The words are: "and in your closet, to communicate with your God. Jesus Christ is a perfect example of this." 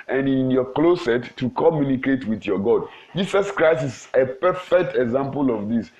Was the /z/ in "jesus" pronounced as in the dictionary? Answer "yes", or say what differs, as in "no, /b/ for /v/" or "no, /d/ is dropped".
no, /s/ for /z/